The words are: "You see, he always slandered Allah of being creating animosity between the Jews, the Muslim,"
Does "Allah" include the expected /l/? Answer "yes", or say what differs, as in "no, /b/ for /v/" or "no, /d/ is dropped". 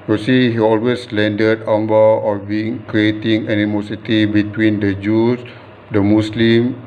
no, /n/ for /l/